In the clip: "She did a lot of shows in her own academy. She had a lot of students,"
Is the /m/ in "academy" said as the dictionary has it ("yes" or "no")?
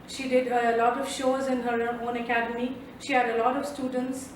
yes